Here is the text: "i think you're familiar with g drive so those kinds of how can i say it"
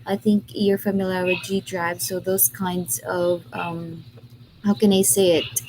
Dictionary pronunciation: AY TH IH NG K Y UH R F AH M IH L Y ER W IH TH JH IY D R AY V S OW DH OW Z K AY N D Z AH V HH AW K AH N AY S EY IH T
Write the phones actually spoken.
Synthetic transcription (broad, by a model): AY TH IH NG K Y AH R F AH M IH L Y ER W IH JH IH D R AY V S OW DH OW Z K AY N D Z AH V HH AW K AH N AY S EY IH T